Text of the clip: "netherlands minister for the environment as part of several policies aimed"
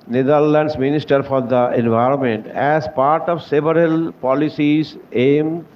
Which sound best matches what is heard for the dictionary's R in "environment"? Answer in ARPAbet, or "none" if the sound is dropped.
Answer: R